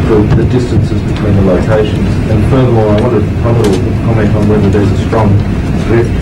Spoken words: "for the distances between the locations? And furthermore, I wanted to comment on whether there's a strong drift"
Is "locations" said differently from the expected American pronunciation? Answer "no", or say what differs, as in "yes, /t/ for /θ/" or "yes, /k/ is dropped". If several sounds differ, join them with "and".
no